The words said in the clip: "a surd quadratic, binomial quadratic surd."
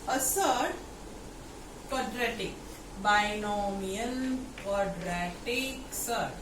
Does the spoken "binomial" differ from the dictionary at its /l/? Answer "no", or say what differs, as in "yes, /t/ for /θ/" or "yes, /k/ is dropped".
yes, /n/ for /l/